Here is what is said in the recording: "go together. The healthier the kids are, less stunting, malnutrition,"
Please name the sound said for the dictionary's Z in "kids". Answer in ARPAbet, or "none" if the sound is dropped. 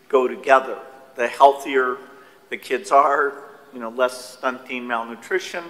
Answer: Z